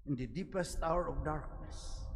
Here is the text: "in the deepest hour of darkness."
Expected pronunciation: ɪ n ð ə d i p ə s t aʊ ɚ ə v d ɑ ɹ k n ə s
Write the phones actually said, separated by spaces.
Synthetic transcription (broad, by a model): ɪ n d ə d i p ə s t aʊ ɚ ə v d ɑ ɹ k n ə s